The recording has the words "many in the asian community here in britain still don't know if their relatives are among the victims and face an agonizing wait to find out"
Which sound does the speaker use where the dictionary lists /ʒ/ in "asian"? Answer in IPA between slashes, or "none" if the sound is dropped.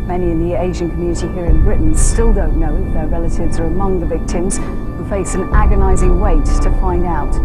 /ʒ/